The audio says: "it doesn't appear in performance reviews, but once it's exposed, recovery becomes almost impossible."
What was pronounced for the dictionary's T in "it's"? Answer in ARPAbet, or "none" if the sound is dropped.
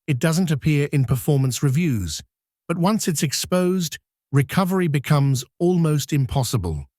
T